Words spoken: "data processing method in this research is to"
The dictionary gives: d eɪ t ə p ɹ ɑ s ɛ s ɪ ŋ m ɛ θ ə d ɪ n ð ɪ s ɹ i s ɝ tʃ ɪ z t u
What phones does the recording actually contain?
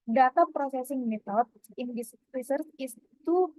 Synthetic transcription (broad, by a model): d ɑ t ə p ɹ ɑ s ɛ s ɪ ŋ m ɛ t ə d ɪ n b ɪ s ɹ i s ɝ s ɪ s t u